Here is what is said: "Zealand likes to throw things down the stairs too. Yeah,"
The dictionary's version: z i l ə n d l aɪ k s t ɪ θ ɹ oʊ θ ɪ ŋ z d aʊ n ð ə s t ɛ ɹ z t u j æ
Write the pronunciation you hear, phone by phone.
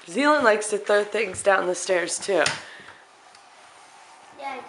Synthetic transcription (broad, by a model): z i l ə n l aɪ k s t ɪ θ ɹ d θ ɪ ŋ z d aʊ n ð ə s t ɛ ɹ z t u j